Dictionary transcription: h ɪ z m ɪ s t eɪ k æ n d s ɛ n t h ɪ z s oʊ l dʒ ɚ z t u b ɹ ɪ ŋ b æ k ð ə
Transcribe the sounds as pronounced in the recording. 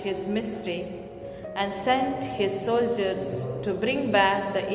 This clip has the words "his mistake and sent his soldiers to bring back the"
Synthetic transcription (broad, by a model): h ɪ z m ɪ s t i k æ n d s ɛ n t h ɪ z s oʊ l dʒ ɚ z t u b ɹ ɪ ŋ b æ k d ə